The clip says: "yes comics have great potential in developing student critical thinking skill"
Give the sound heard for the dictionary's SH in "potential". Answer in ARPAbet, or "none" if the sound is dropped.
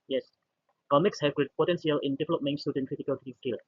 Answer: S